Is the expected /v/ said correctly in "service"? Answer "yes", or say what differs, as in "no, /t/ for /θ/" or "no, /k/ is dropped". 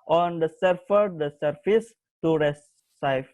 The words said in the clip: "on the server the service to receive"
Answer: no, /f/ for /v/